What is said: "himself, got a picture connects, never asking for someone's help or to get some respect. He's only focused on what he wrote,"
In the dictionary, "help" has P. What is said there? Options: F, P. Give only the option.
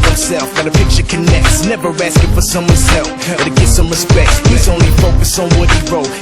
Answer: F